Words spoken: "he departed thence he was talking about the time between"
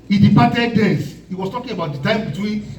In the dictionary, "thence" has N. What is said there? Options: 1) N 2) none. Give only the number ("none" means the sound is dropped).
2